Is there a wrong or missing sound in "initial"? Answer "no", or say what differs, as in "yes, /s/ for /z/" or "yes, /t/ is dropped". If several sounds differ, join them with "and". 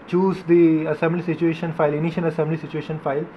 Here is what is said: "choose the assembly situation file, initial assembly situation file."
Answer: yes, /n/ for /l/